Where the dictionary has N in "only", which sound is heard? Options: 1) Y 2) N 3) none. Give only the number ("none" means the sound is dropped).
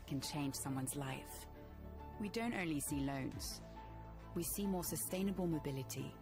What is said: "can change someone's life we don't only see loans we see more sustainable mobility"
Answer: 2